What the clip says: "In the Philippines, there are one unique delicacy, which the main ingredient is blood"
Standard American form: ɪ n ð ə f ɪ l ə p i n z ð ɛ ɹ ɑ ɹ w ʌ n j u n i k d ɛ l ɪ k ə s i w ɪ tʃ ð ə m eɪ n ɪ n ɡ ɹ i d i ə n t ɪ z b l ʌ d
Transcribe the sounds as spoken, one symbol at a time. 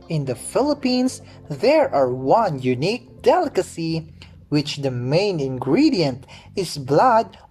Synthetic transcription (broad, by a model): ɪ n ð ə f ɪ l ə p i n s ð ɛ ɹ ɑ ɹ w ʌ n j u n i k d ɛ l ɪ k ə s i w ɪ tʃ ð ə m eɪ n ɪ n ɡ ɹ i d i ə n t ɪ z b l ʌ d